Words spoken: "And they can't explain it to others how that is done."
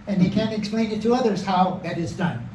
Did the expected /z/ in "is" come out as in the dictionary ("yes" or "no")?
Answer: yes